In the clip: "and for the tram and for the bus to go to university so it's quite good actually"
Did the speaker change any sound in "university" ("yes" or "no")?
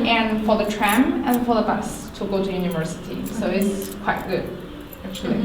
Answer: no